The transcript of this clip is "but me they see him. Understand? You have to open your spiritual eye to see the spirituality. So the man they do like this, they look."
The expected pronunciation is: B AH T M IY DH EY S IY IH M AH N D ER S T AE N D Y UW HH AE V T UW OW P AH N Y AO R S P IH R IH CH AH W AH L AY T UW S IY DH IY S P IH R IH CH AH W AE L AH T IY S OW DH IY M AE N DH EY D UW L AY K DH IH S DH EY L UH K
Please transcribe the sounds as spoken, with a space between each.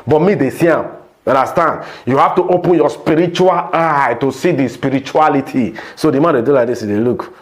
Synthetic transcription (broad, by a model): B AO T M IY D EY S IY IH M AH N D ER S T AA N D Y UW HH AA F T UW OW P AH N Y AO S P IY R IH CH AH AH L AY T UW S IY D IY S P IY R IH CH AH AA L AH T IY S OW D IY M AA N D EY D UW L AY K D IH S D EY L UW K